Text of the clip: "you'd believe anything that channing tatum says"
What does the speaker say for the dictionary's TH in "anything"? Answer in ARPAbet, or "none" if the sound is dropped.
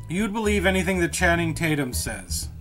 TH